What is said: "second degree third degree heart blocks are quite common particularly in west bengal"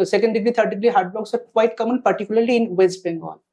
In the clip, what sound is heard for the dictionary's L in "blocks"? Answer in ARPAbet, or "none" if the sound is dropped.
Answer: none